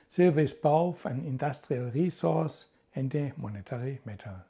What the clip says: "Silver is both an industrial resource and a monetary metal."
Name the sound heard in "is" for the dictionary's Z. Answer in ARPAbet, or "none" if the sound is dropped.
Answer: S